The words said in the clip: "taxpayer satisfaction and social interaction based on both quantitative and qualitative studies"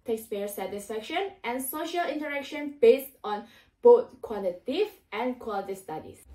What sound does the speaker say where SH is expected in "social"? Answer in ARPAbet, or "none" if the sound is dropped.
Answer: SH